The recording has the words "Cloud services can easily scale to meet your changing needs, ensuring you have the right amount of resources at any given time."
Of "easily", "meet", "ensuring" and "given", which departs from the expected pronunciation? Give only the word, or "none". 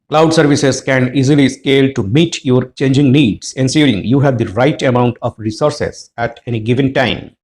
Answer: ensuring